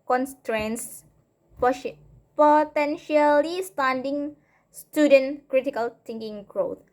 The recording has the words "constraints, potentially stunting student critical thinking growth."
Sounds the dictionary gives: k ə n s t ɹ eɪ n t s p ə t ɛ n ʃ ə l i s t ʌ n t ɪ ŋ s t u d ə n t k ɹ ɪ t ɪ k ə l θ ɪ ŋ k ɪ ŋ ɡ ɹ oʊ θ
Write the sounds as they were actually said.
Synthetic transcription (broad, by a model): k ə n s t ɹ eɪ n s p p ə t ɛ n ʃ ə l i s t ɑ n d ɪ ŋ s t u d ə n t k ɹ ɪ t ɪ k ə l t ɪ ŋ k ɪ ŋ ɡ ɹ oʊ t